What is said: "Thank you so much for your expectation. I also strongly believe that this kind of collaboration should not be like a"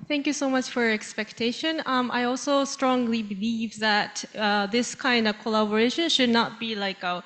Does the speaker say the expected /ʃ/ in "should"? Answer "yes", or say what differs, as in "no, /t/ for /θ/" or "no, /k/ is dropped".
yes